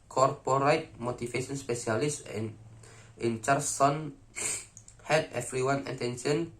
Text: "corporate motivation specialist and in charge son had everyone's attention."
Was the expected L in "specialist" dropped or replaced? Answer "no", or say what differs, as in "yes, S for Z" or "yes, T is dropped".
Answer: yes, L is dropped